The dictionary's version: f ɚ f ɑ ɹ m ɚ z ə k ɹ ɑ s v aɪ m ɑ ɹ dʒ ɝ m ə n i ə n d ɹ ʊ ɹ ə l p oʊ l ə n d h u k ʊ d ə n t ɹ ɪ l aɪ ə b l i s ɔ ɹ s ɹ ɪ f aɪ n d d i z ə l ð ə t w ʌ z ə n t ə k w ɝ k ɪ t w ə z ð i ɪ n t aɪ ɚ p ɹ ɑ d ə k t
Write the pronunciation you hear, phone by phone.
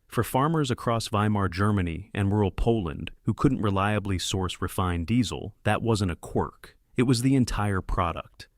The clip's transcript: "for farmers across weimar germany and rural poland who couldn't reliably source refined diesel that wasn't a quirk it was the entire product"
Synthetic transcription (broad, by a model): f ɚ f ɑ ɹ m ɚ z ə k ɹ ɑ s v aɪ m ɑ ɹ dʒ ɝ m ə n i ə n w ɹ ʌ ɹ l p oʊ l ə n d h u k ʊ d n t ɹ ɪ l aɪ ə b l i s ɔ ɹ s ɹ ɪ f aɪ n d d i z l ð ə t w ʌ z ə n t ə k w ɝ k ɪ t w ə z ð i ɪ n t aɪ ɚ p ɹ ɑ d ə k t